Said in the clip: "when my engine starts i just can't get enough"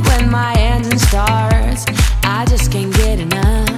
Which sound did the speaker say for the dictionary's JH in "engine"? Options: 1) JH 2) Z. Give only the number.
2